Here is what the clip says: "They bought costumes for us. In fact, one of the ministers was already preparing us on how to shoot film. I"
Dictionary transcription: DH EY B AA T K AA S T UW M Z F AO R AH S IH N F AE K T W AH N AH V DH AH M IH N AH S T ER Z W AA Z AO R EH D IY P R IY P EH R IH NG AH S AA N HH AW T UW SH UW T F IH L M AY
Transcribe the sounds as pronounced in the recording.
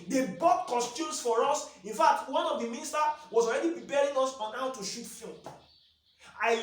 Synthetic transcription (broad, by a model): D EY B AA T K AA S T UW M S F AO R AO S IH N F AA K T W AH N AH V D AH M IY N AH S T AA W AA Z AO R EH D IY P R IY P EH R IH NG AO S AA N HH AW T UW SH UW T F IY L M AY